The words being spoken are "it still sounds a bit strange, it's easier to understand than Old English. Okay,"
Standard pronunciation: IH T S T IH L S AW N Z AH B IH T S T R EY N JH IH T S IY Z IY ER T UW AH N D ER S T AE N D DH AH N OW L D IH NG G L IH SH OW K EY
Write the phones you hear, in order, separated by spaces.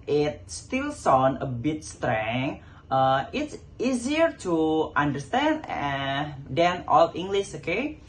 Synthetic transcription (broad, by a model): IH T S T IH L S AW N AH B IH T S T R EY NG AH IH T S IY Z IY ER T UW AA N D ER S T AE N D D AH N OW L IH NG G L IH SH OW K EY